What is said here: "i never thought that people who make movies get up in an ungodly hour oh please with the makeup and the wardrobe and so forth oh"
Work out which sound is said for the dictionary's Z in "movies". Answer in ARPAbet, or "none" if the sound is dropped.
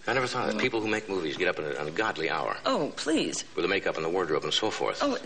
Z